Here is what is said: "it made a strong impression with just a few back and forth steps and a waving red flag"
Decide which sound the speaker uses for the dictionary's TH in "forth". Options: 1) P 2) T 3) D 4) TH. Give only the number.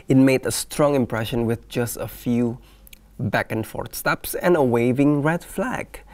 2